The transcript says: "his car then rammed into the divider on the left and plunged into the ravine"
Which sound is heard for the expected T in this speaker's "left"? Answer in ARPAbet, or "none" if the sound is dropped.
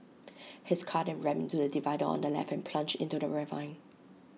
none